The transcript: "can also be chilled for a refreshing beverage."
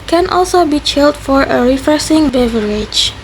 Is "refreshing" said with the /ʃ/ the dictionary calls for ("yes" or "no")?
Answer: no